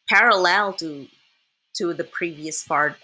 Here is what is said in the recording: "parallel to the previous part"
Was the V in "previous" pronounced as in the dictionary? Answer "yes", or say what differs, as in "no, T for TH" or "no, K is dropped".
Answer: yes